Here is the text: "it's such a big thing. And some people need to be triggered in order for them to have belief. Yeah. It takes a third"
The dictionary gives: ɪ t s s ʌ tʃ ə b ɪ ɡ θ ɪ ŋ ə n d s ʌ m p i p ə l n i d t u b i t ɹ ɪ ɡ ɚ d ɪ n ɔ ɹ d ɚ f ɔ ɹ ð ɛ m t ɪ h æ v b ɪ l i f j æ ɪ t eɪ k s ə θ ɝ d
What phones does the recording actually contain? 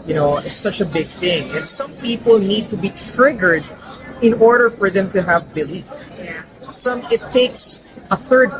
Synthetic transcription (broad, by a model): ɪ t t s ʌ tʃ ə b ɪ ɡ θ ɪ ŋ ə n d s ʌ m p i p ə l n i d t u b i t ɹ ɪ ɡ ɚ d ɪ n ɔ ɹ d ɚ f ɔ ɹ ð ɛ m t ɪ h æ v b ɪ l i f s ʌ ɪ t eɪ k s ə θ ɝ d